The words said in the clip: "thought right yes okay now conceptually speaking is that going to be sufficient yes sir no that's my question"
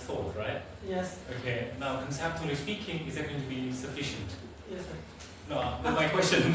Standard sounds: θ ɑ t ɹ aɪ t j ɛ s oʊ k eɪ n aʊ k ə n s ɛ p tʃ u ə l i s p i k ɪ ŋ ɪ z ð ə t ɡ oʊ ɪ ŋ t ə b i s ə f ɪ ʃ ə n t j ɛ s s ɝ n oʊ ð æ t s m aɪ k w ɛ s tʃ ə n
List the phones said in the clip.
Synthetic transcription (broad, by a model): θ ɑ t ɹ aɪ t j ɛ s oʊ k eɪ n aʊ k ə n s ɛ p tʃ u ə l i s p i k ɪ ŋ ɪ z ð ə t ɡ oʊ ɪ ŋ t ə b i s ə f ɪ ʃ ə n t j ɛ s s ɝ n oʊ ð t m aɪ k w ɛ s tʃ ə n